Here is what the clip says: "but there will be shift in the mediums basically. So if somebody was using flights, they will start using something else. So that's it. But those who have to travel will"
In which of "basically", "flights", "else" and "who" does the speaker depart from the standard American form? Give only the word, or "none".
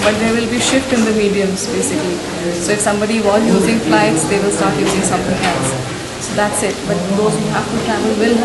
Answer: else